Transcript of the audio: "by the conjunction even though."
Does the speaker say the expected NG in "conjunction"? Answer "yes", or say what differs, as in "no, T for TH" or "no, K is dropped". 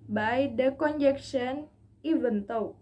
no, NG is dropped